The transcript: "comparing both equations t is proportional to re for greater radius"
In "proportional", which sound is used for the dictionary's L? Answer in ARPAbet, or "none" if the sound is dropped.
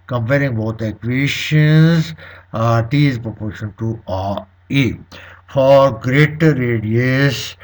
N